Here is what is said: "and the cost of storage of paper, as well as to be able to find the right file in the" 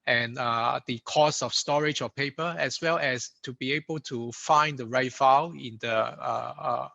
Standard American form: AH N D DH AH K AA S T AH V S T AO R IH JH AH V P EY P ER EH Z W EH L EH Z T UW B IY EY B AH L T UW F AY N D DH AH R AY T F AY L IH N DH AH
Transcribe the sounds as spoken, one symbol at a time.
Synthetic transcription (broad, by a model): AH N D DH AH K AA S AH F S T AO R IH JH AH P EY P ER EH S W EH L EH S T UW B IY EY B AH L T UW F AY N D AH R AY T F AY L IH N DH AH